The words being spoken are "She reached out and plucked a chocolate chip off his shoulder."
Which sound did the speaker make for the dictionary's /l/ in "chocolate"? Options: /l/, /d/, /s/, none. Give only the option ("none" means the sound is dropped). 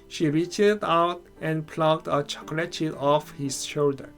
/l/